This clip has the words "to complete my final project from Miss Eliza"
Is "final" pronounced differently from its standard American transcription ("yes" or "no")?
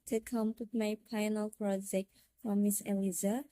yes